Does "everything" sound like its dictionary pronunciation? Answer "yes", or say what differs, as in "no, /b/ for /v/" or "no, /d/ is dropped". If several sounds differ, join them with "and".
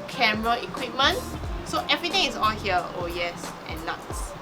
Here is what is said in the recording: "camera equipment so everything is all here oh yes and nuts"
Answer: no, /t/ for /θ/